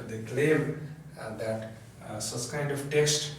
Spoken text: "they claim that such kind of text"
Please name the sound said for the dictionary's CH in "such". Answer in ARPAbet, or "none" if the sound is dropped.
S